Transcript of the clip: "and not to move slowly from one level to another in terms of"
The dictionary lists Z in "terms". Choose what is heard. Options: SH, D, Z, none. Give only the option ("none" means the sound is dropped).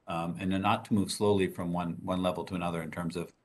Z